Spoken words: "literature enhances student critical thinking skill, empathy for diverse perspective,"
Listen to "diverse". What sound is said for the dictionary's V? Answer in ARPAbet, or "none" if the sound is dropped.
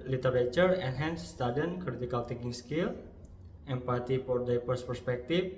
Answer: P